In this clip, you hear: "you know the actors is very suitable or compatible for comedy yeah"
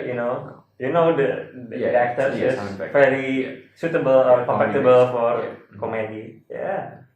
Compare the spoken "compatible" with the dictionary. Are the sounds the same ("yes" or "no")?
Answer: no